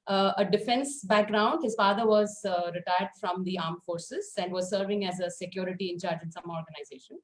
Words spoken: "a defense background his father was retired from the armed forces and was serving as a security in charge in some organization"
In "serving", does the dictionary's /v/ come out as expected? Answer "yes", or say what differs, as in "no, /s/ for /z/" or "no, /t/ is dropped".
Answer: yes